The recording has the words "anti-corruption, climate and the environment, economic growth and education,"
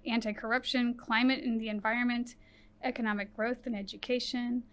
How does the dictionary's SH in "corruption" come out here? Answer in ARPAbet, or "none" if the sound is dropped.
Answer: SH